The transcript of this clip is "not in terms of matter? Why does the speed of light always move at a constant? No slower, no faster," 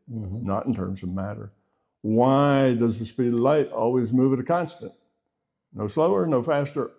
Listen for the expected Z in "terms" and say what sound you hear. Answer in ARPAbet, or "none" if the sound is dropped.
Z